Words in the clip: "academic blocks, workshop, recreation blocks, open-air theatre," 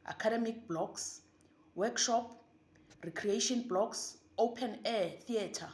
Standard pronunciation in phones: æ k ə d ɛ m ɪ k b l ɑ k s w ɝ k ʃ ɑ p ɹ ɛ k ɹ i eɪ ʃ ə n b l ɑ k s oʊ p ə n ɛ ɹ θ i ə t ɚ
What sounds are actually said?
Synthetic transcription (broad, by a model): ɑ k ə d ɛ m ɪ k b l ɑ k s w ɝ k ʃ ɑ p ɹ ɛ k ɹ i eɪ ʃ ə n b l ɑ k s oʊ p ə n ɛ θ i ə t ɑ